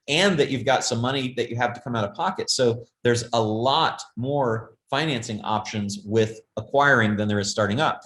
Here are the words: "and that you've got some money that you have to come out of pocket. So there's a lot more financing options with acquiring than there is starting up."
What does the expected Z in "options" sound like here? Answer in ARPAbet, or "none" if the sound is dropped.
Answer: Z